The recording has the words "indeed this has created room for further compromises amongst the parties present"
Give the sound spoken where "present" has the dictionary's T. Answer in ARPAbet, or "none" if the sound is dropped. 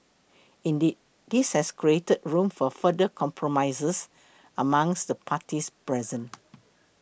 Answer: none